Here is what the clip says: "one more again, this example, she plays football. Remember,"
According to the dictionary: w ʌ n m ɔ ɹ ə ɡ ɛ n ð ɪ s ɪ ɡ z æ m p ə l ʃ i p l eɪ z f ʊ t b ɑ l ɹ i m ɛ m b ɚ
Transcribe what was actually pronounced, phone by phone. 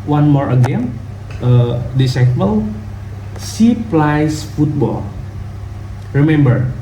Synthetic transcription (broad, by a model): w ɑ n m ɔ ɹ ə ɡ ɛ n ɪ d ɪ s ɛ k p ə l s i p l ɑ s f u t b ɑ l ɹ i m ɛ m b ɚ